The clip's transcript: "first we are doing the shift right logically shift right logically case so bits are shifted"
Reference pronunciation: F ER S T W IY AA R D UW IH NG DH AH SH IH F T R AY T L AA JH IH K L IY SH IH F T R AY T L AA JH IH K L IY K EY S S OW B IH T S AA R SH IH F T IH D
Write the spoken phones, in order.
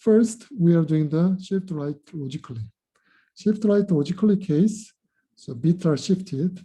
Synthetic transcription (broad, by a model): F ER S T W IY AA R D UW IH NG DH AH SH IH F T R AY T L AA JH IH K L IY SH IH F T R AY T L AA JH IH K L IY K EY S S OW B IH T AA R SH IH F T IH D